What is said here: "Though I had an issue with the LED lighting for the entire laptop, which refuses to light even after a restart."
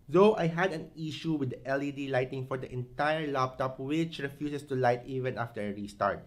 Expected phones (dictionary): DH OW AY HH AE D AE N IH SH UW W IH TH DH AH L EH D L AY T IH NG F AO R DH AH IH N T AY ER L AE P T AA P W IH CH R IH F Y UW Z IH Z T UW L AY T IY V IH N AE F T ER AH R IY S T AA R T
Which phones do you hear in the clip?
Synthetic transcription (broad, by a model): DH OW AY HH AE D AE N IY SH UW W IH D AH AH L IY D L AY T IH NG F AO R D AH IH N T AY ER L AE P T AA P W IH CH R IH F Y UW S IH S T UW L AY T IY V IH N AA F T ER AH R IY S T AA R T